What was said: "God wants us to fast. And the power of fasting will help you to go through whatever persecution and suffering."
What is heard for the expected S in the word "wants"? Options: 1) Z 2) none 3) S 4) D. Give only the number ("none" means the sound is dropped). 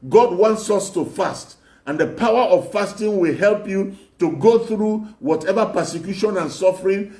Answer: 3